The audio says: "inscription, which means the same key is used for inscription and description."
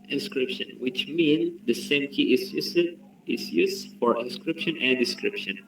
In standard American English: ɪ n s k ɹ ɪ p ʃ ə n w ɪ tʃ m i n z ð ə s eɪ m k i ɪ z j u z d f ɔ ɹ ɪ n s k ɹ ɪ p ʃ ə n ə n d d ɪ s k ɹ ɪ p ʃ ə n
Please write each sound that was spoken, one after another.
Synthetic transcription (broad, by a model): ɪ n s k ɹ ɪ p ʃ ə n w ɪ tʃ m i n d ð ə s eɪ m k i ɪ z j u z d f ɔ ɹ ɪ n s k ɹ ɪ p ʃ ə n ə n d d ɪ s k ɹ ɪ p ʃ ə n